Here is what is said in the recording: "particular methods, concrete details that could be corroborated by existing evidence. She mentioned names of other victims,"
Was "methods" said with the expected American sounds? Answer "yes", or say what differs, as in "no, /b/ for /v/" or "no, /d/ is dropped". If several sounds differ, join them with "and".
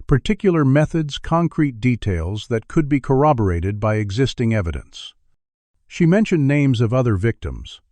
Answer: yes